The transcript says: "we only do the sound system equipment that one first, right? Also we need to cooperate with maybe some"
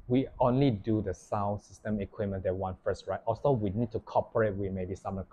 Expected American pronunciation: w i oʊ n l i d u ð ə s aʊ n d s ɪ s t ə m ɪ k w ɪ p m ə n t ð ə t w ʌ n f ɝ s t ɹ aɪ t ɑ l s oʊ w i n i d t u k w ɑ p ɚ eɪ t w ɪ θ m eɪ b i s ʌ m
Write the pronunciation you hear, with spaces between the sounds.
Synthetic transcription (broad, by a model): w i oʊ n l i d u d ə s aʊ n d s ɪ s t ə m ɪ k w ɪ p m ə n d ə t w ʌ n f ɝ s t ɹ aɪ t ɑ s oʊ w i n i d t u k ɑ p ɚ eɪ t w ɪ m eɪ b i s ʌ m